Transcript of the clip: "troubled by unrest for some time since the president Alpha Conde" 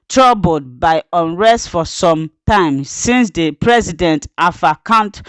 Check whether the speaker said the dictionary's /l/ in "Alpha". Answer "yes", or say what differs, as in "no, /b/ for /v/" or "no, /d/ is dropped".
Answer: no, /l/ is dropped